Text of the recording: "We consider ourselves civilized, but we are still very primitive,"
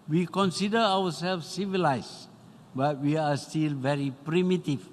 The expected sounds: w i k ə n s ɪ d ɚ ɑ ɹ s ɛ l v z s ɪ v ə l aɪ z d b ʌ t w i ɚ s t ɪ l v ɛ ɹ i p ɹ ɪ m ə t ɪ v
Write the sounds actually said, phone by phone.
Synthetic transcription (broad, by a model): w i k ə n s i d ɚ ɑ w s ɛ l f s s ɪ v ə l aɪ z b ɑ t w i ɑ s t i l v ɛ ɹ i p ɹ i m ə t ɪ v